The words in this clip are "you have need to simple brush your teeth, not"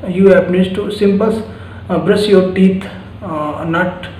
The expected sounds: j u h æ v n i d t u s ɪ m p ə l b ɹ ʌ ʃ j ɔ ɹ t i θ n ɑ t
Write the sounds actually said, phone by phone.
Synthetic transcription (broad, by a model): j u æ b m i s t u s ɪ m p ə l b ɹ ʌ s j ɔ ɹ t i t n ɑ t